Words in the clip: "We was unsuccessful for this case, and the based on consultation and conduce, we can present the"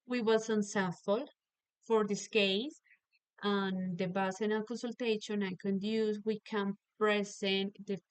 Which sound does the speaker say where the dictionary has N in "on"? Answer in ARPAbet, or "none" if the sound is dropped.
L